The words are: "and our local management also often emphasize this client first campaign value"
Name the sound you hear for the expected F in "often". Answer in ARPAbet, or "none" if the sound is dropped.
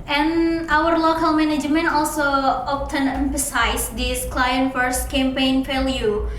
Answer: P